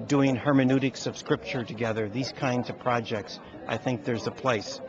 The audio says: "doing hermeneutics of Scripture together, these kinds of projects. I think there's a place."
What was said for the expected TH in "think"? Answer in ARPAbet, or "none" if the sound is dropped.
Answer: TH